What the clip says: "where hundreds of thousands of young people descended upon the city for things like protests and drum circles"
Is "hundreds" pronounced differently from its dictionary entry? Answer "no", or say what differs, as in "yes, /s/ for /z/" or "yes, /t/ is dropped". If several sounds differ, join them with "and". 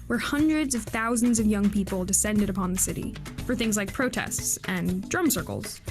no